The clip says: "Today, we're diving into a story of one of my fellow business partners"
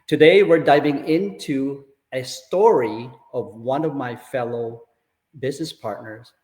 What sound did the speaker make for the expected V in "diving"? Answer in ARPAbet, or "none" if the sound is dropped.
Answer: V